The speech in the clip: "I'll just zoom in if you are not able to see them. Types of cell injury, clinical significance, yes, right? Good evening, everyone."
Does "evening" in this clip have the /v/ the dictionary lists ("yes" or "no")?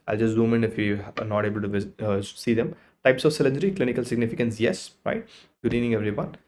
no